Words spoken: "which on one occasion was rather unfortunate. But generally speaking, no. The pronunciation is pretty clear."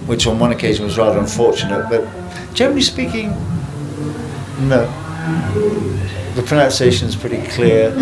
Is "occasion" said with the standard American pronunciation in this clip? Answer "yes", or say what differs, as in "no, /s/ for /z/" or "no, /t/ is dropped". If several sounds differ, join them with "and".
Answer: yes